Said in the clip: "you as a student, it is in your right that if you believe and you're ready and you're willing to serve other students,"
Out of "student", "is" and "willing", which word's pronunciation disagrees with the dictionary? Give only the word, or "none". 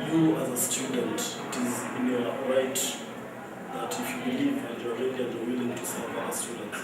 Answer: none